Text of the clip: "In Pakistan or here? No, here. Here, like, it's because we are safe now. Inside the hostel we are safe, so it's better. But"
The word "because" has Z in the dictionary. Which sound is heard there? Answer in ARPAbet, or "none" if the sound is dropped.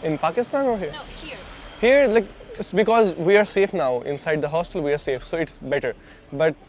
Z